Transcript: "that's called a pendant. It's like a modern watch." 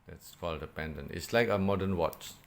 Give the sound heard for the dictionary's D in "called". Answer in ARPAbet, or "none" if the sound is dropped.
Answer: D